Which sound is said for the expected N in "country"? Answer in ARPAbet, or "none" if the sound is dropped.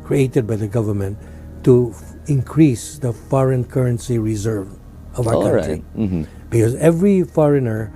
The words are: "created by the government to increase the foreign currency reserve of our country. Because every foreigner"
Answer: none